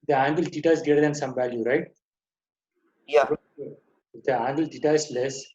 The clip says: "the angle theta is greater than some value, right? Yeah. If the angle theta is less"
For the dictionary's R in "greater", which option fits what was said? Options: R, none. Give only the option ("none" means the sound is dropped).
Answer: none